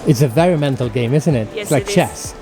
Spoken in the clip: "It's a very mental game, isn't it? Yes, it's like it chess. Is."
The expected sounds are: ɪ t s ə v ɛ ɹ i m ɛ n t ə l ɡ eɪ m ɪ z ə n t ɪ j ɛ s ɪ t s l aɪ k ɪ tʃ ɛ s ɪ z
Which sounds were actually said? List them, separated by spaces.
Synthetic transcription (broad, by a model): ɪ t s ə v ɛ ɹ i m ɛ n t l ɡ eɪ m ɪ z ə n t ɪ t ɪ t s l aɪ k tʃ ɛ s